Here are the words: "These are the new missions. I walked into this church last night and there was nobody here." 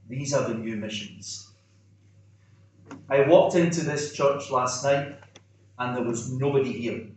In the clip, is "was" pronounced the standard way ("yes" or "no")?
yes